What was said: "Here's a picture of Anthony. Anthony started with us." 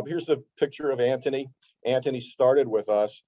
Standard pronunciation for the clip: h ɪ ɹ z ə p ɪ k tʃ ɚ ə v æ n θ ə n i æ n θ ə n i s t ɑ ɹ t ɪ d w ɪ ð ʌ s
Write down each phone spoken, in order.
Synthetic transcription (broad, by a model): h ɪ ɹ z ə p ɪ k tʃ ɚ ə v æ n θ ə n i æ n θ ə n i s t ɑ ɹ t ɪ d w ɪ ð ʌ s